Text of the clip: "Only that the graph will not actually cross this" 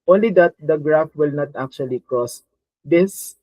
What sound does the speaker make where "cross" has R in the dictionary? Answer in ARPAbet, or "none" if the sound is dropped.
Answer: R